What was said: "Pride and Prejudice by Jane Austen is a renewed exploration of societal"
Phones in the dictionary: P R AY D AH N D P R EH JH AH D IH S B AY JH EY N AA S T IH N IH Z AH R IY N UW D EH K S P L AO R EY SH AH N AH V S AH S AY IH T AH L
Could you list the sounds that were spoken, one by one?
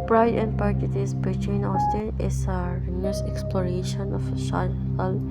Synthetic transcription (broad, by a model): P R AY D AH N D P EH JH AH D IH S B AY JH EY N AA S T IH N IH S AH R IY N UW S EH K S P L AO R EY SH AH N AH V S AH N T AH L